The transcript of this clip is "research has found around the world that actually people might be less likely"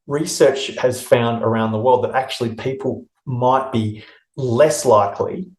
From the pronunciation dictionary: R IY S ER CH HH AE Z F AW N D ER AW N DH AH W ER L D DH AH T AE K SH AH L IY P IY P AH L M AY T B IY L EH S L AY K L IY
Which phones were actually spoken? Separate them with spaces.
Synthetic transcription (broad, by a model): R IY S ER CH HH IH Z F AW N D ER AW N DH AH W ER L D DH AH T AE K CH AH L IY P IY P AH L M AY T B IY L EH S L AY K L IY